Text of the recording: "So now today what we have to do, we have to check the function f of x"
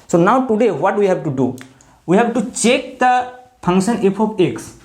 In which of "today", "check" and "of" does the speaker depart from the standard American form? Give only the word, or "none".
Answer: of